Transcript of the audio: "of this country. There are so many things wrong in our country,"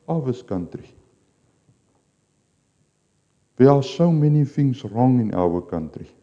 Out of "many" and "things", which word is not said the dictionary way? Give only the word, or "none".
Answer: things